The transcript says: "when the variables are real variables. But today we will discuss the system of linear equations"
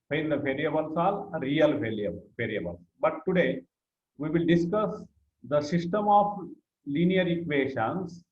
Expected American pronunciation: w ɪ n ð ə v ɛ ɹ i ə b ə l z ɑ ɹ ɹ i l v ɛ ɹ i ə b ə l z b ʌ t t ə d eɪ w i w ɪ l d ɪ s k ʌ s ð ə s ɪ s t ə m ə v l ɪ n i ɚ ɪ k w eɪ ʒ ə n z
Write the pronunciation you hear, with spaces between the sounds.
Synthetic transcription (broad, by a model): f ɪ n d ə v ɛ ɹ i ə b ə l s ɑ l ɹ i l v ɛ ɹ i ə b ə l s b ʌ t t ə d eɪ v i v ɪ l d ɪ s k ʌ s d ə s ɪ s t ə m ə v l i n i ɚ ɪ k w eɪ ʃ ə n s